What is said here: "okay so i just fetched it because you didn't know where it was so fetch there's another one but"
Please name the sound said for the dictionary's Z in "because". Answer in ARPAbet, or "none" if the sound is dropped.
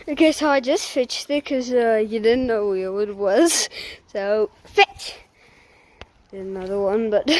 none